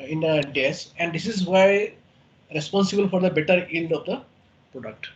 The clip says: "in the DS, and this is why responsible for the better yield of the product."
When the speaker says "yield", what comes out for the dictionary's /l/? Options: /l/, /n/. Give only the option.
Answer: /n/